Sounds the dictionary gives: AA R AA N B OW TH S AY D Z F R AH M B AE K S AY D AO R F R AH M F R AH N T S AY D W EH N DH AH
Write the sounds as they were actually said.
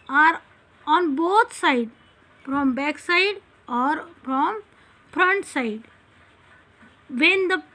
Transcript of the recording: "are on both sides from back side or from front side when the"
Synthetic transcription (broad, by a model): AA R AA N B OW T S AY D F R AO M B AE K S AY D AO R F R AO M F R AH N T S AY D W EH N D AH